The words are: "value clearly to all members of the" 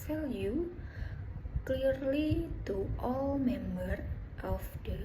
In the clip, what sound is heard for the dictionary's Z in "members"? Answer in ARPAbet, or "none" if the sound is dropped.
none